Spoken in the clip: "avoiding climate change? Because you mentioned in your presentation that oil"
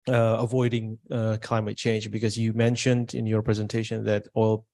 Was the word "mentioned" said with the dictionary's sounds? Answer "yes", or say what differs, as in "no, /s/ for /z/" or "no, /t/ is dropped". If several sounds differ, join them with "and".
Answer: yes